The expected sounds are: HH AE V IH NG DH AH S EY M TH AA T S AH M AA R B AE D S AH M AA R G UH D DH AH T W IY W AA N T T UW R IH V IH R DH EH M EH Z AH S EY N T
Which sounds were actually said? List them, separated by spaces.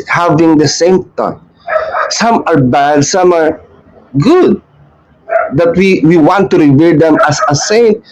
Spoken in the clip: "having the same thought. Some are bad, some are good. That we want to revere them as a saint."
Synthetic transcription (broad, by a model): HH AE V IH NG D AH S EY M T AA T S AH M AA R B AE D S AH M AA R G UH D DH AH T W IY W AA N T T UW R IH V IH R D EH M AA S AH S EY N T